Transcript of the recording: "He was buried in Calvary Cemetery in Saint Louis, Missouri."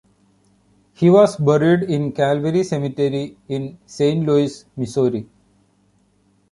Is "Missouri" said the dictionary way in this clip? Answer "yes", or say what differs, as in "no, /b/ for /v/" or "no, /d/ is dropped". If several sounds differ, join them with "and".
no, /s/ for /z/